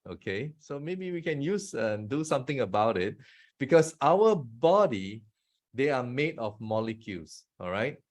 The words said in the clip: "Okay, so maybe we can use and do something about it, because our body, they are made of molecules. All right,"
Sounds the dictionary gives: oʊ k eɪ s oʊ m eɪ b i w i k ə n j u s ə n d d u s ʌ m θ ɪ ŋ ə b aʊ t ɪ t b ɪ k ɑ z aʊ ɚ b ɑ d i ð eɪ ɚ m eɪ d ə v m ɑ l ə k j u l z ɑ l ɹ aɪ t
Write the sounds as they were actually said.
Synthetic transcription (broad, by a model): oʊ k eɪ s oʊ m eɪ b i w i k ə n j u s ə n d d u s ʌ m t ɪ ŋ ə b aʊ t ɪ t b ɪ k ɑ s aʊ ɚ b ɑ d i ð eɪ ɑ m eɪ d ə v m ɑ l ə k j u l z ɑ l ɹ aɪ t